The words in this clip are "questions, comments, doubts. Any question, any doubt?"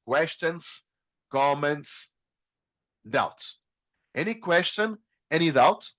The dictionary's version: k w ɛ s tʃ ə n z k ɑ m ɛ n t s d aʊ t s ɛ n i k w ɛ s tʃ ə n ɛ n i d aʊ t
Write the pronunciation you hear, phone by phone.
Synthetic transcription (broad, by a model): k w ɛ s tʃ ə n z k ɑ m ɛ n t s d aʊ t ɛ n i k w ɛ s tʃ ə n ɛ n i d aʊ t